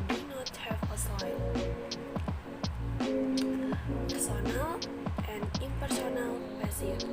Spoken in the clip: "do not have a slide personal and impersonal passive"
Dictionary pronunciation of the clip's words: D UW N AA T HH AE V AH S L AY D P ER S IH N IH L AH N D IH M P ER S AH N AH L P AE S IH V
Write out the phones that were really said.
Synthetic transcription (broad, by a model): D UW N AA T HH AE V AH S AY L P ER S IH N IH L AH N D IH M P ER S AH N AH L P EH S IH